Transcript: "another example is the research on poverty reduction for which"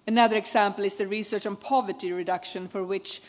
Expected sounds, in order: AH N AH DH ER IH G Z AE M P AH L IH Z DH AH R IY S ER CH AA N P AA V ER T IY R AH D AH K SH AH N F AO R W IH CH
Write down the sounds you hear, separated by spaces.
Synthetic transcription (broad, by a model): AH N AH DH ER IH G S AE M P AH L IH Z DH AH R IY S ER CH AA N P AA V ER T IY R AH D AH K SH AH N F AO R W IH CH